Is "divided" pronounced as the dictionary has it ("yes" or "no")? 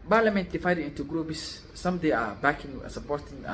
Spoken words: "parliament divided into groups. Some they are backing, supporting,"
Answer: no